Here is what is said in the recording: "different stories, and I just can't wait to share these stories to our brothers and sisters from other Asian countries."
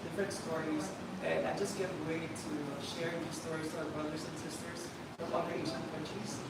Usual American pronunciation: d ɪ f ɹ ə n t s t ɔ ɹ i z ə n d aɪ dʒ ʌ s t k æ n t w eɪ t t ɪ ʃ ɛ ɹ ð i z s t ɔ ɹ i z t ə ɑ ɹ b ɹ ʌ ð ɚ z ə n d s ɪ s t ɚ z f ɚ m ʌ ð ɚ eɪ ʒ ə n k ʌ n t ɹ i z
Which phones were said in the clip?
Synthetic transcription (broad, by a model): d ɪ f ɹ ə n t s t ɔ ɹ i z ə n aɪ dʒ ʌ s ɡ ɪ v w eɪ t t ɪ ʃ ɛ ɹ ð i s t ɔ ɹ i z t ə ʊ b ɹ ʌ ð ɚ z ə n s ɪ s t ɚ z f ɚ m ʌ i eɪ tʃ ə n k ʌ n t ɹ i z